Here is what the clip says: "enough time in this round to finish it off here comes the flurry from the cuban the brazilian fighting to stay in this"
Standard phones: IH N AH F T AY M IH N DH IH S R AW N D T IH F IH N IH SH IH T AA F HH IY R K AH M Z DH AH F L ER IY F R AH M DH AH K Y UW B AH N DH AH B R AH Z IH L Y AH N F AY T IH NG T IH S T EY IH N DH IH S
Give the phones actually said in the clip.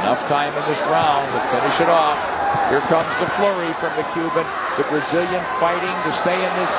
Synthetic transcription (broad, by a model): N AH F T AY M IH N DH IH S R AW N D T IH F IH N IH SH IH T AA F HH IY R K AH M Z DH AH F L ER IY F R AH M DH AH K Y UW B AH N DH AH B R AH Z IH L Y AH N F AY T IH NG T IH S T EY IH N DH IH S